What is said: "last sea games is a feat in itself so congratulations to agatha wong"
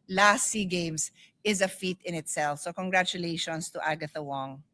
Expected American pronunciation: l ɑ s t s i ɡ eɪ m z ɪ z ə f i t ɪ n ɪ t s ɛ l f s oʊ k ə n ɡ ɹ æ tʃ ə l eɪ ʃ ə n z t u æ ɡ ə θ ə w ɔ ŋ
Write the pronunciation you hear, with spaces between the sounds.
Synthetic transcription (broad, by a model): l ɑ s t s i ɡ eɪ m s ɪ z ə f i t ɪ n ɪ t s ɛ l f s oʊ k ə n ɡ ɹ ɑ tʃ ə l eɪ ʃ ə n s t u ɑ ɡ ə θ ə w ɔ ŋ